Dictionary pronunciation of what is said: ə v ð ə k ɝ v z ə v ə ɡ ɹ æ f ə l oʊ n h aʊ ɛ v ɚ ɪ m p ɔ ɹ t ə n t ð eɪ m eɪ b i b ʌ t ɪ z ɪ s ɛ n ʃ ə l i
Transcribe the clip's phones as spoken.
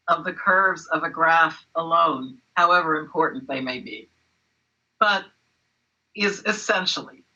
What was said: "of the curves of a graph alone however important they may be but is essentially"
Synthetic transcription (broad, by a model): ə v ð ə k ɝ v z ə v ə ɡ ɹ æ f ə l oʊ n h aʊ ɛ v ɚ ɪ m p ɔ ɹ t n ð eɪ m eɪ b i b ʌ t ɪ z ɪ s ɛ n ʃ l i